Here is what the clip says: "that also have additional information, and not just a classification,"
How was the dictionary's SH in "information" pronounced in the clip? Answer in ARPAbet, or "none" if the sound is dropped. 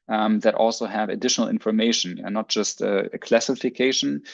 none